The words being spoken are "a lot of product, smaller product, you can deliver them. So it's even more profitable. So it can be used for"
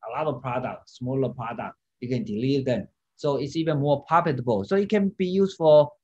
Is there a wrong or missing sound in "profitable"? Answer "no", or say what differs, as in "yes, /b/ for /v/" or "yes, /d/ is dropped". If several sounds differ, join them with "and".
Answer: yes, /ɹ/ is dropped